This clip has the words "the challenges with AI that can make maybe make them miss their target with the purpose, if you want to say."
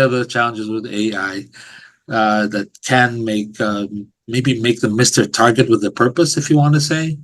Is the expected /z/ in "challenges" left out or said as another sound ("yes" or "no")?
no